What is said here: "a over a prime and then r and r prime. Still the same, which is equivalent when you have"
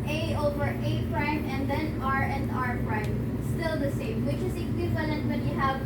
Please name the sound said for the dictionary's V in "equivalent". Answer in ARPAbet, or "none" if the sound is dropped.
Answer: V